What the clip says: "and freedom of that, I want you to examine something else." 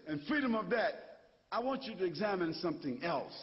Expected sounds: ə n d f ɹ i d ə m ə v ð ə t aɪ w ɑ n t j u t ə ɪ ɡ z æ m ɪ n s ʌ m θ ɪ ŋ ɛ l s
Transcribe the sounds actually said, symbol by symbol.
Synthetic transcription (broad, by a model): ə n f ɹ i d ə m ə v ð ə t aɪ w ɑ n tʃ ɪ t ɪ ɡ z æ m ɪ n s ʌ m θ ɪ ŋ ɛ l s